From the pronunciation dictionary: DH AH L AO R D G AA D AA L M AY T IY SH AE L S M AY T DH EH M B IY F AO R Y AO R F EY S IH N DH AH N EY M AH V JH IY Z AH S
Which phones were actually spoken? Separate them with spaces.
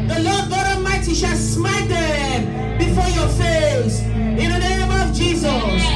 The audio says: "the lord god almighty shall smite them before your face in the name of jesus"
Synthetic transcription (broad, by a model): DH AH L AO D G AA D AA M AY T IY SH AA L S M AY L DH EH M B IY F AO Y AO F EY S IH N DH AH N EY M AH V JH IY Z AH S